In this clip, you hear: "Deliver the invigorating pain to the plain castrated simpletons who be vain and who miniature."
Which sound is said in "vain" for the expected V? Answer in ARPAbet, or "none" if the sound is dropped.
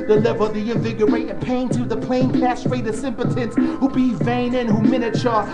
V